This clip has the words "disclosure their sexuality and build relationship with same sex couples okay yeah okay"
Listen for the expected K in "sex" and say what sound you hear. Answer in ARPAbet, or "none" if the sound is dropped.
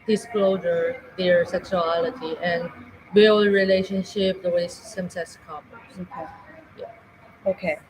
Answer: none